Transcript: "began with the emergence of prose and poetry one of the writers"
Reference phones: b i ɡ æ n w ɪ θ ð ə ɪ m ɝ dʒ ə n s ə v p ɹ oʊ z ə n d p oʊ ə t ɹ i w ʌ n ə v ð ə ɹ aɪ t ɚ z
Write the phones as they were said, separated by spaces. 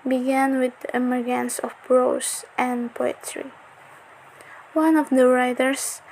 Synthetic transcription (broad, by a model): b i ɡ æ n w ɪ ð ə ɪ m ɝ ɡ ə n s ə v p ɹ oʊ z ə n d p oʊ ə t ɹ i w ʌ n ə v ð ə ɹ aɪ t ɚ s